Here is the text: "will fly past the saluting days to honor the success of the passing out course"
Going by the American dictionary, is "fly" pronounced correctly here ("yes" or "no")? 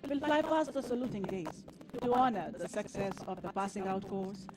yes